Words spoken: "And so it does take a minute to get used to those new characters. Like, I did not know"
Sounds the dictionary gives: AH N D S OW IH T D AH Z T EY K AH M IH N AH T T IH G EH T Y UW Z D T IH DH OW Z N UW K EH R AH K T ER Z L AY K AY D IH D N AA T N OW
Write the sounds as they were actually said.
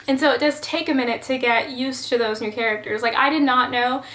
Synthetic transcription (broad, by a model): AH N S OW IH T D AH Z T EY K AH M IH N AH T T IH G EH T Y UW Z T IH DH OW Z N UW K EH R AH K T ER Z L AY K AY D IH D N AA T N OW